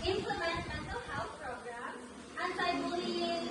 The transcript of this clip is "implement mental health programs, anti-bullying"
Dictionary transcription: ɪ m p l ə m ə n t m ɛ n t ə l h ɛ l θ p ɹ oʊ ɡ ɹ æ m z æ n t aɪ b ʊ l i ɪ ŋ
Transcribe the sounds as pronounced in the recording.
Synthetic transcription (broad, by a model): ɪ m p l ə m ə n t m ɛ n t ə l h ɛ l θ p ɹ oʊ ɡ ɹ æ m æ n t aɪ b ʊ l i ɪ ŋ